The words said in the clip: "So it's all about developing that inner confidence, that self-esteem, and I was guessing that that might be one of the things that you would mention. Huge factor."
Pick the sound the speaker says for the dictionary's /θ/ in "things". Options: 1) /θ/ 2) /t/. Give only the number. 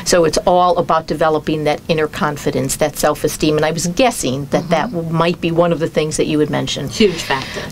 1